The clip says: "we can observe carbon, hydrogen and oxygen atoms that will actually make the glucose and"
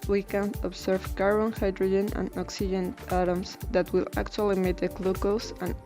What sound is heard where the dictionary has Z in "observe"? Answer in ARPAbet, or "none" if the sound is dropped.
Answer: S